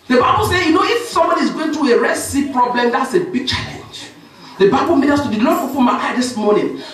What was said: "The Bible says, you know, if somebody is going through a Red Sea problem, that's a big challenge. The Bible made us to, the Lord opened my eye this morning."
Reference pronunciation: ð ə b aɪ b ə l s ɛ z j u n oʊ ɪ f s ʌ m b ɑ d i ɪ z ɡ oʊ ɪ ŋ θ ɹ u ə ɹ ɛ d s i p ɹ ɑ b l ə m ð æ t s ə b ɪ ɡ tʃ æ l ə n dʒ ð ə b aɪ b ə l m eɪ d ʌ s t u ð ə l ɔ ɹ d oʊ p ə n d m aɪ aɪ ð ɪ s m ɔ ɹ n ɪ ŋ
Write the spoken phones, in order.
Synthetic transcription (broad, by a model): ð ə b aɪ b ə l s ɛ j u n oʊ ɪ f s ʌ m b ɑ d i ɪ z ɡ oʊ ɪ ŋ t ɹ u ə ɹ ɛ s i p ɹ ɑ b l ə m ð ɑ t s ə b ɪ ɡ tʃ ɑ l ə n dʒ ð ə b aɪ b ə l m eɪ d ʌ s t u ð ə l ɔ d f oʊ f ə m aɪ aɪ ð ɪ s m ɔ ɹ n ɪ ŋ